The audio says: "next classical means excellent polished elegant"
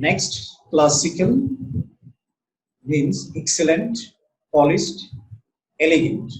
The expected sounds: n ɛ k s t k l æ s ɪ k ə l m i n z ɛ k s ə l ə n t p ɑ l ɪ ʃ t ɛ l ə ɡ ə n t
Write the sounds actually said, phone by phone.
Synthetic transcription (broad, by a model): n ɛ k s t k l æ s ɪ k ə l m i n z ɛ k s ə l ə n t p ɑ l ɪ s t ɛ l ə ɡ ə n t